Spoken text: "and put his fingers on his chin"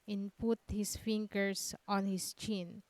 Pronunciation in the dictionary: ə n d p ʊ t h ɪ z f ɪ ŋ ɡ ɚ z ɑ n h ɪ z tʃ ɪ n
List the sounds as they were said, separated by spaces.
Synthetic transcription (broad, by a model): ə n p ʊ t h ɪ s f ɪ ŋ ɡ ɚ s ɑ n h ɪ s tʃ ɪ n